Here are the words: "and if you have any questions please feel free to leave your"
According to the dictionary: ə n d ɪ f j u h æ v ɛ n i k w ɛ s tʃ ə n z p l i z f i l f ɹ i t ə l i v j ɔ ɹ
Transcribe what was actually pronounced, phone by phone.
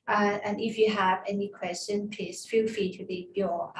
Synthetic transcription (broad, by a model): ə n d ɪ f j u h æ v ɛ n i k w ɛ s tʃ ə n p i s f i l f i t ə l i b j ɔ